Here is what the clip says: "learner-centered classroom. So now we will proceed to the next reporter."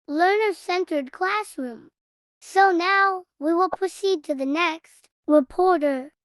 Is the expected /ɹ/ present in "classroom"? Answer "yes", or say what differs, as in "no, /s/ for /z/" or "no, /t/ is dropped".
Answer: yes